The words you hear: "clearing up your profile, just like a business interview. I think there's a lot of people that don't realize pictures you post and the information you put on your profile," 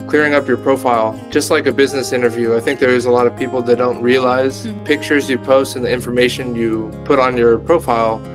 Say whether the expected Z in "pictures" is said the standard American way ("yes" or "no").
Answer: yes